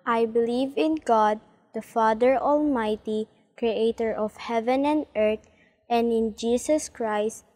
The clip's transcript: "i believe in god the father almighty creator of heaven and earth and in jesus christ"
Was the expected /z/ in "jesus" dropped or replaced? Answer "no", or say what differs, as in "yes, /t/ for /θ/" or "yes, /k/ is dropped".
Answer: yes, /s/ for /z/